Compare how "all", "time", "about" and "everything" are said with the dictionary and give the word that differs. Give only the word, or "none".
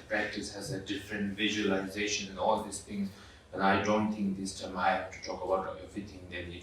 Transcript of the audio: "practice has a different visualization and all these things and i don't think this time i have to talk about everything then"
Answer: everything